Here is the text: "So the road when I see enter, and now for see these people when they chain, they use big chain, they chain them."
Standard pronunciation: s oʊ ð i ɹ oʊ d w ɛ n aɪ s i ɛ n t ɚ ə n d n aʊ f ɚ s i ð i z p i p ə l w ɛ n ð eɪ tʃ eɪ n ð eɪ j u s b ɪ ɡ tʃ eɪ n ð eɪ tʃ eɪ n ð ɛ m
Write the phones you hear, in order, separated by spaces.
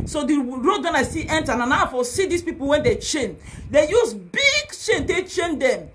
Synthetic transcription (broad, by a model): s oʊ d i ɹ oʊ d w ɛ n aɪ s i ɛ n t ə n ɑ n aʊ f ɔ s i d i s p i p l w ɛ n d eɪ tʃ eɪ n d eɪ j u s b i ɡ tʃ eɪ n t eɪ tʃ eɪ n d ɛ m